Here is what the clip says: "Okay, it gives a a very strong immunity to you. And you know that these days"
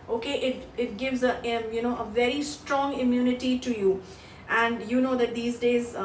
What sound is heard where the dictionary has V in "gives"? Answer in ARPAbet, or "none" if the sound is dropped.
V